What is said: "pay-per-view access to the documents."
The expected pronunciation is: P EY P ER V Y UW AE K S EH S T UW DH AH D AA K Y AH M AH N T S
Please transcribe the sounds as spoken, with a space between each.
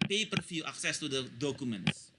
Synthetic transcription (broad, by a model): P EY P ER F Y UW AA K S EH S T UW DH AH D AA K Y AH M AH N T S